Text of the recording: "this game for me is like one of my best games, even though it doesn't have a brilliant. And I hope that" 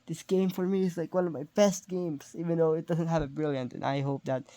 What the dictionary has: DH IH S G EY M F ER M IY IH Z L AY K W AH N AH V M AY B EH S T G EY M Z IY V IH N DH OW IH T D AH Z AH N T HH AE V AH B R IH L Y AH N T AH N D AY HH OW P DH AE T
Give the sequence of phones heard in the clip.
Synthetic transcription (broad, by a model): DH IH S G EY M F ER M IY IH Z L AY K W AH N AH V M AY B EH S T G EY M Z IY V IH N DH OW IH T D AH Z AH N T HH AE V AH B R IH L Y AH N T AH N AY HH OW P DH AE T